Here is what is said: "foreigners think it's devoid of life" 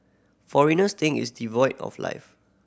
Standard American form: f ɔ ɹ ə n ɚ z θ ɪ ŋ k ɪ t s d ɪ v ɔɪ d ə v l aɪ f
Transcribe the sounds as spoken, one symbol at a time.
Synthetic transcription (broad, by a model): f ɔ ɹ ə n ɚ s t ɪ ŋ ɪ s d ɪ v ɔɪ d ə f l aɪ f